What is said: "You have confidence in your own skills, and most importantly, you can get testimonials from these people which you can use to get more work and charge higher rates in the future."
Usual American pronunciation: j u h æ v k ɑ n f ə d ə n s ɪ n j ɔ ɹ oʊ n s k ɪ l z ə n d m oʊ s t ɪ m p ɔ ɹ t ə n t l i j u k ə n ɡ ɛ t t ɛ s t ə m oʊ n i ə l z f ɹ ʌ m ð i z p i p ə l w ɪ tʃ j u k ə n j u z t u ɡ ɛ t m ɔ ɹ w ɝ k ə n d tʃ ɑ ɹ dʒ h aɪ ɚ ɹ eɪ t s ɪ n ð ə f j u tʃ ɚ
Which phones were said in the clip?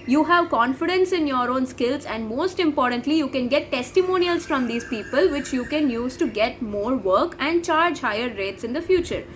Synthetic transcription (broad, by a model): j u h æ v k ɑ n f ə d ə n s ɪ n j ɔ ɹ oʊ n s k ɪ l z ə n d m oʊ s t ɪ m p ɔ ɹ t ə n t l i j u k ə n ɡ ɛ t t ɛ s t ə m oʊ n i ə l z f ɹ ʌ m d i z p i p ə l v ɪ tʃ j u k ə n j u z t u ɡ ɛ t m ɔ ɹ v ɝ k ə n d tʃ ɑ ɹ dʒ h aɪ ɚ ɹ eɪ t s ɪ n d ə f j u tʃ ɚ